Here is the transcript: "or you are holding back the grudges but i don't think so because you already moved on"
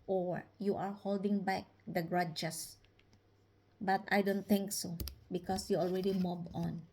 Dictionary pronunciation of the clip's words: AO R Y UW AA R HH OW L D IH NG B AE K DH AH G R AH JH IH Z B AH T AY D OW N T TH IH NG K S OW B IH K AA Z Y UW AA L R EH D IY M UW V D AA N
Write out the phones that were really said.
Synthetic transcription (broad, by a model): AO R Y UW AA R HH OW L D IH NG B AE K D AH G R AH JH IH S B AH T AY D OW N T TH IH NG K S OW B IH K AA S Y UW AA L R EH D IY M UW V AA N